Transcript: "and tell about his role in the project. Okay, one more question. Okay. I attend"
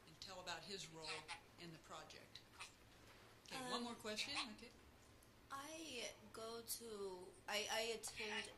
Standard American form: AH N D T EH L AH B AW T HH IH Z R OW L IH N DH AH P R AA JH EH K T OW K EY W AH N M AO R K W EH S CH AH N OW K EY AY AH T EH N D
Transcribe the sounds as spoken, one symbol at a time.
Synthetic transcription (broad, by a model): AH N T EH L AH B AW T HH IH Z R OW L IH N DH AH P R AA JH EH K T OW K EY W AH N M AO R K W EH S CH AH N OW K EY AY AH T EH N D